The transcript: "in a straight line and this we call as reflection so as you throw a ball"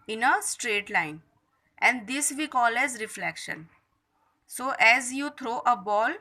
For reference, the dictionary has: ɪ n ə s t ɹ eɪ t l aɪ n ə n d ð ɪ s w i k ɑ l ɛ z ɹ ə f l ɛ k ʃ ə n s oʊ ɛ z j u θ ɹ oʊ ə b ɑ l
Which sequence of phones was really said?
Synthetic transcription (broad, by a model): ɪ n ə s t ɹ eɪ t l aɪ n ə n d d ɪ s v i k ɑ l ɛ z ɹ ə f l ɛ k ʃ ə n s oʊ ɛ z j u t ɹ oʊ ə b ɑ l